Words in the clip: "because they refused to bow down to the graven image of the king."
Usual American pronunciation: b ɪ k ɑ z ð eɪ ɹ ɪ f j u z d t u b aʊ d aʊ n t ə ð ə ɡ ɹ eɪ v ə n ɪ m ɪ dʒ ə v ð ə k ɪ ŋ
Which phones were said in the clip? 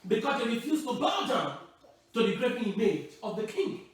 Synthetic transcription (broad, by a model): b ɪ k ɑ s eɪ ɹ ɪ f j u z t u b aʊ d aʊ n t ə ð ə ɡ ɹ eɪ p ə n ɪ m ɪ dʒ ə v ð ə k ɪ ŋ